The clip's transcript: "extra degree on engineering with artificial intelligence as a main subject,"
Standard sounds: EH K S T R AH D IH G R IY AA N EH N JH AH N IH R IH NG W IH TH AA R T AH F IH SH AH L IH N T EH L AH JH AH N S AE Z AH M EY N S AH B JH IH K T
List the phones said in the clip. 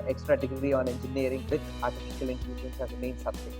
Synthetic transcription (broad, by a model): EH K S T R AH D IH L R IY AA N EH N JH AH N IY R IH NG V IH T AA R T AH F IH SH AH L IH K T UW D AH AH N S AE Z AH M EY N S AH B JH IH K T